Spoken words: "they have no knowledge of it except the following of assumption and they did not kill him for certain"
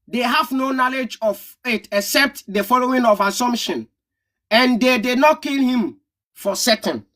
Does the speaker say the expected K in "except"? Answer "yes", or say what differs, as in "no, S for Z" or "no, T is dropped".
yes